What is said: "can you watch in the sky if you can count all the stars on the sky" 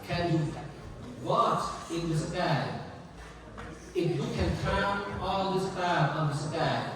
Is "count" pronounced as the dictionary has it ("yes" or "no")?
no